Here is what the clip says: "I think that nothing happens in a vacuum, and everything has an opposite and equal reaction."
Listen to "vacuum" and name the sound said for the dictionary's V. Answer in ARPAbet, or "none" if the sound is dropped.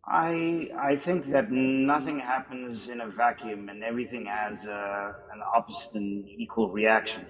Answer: V